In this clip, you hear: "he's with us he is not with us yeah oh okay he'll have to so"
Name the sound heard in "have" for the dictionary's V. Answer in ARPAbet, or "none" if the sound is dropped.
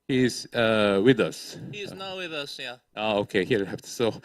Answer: B